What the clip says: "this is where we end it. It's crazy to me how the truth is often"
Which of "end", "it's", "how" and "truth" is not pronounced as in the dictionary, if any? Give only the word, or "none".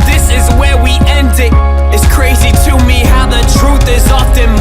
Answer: none